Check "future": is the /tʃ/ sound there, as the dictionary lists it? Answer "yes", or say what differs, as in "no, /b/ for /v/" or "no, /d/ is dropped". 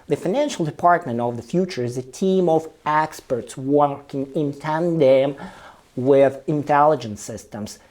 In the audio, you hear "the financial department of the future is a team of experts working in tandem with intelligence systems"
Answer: yes